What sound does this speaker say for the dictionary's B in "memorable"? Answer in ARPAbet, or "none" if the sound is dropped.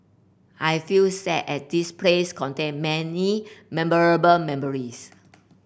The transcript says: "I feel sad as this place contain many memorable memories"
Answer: B